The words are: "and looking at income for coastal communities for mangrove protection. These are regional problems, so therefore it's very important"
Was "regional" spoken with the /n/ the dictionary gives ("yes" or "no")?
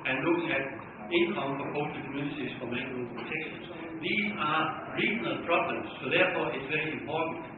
yes